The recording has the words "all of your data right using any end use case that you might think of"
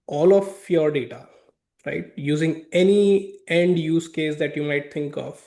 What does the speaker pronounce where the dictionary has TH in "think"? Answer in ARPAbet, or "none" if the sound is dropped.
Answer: T